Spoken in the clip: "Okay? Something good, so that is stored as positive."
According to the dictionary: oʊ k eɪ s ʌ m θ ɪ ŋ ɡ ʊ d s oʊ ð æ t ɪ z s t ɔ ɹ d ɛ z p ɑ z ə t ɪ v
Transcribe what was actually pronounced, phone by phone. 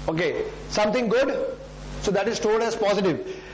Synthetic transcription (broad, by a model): oʊ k eɪ s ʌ m t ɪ ŋ ɡ ʊ d s oʊ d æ t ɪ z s t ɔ l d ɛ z p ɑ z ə t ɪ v